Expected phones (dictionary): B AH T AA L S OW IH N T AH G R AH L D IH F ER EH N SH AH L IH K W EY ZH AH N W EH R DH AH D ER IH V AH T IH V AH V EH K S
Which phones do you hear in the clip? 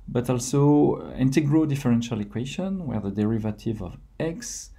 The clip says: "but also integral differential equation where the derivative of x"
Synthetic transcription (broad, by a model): B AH T AA L S OW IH N T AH G R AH D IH F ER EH N SH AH L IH K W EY SH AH N W EH R DH AH D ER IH V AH T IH V AH V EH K S